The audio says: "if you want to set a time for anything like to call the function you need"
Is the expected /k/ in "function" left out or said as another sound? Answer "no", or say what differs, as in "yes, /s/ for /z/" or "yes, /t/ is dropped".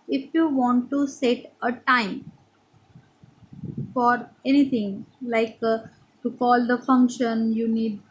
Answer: no